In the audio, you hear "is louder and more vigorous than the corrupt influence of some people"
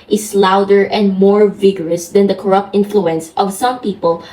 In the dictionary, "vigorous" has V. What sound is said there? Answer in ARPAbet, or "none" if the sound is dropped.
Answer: V